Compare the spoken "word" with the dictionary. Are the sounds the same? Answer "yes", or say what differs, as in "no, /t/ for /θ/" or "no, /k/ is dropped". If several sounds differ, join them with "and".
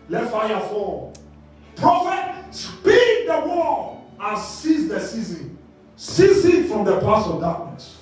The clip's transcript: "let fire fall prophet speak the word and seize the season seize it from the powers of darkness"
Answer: no, /d/ is dropped